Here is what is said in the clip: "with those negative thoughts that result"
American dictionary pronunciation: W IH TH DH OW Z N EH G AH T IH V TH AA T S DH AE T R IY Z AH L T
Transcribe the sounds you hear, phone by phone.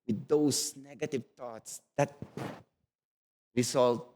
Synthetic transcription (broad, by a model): W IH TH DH OW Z N EH G AH T IH V T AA T S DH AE T R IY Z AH L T